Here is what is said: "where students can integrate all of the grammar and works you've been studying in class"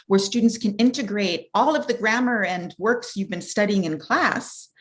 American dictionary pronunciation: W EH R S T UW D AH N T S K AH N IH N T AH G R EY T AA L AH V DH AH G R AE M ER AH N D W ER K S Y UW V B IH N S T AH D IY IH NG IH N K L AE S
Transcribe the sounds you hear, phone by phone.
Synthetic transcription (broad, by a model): W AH R S T UW D N T S K AH N IH N T AH G R EY T AA L AH V DH AH G R AE M ER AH N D W ER K S Y UW V B IH N S T AH D IY IH NG IH N K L AE S